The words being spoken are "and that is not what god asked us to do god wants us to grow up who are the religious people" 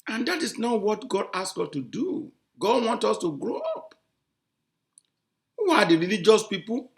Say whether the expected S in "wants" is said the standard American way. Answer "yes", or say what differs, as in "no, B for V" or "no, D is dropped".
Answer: no, S is dropped